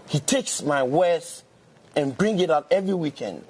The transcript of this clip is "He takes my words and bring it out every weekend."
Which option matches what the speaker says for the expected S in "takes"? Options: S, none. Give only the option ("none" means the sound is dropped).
S